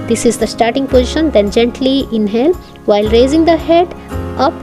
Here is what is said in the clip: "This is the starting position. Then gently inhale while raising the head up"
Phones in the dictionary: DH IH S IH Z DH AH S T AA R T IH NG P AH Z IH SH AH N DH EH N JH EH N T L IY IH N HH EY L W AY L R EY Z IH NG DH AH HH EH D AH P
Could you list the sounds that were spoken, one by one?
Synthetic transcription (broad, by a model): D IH S IH Z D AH S T AA R T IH NG P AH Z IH SH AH N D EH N JH EH N T L IY IH N HH EY L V AY L R EY Z IH NG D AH HH EH D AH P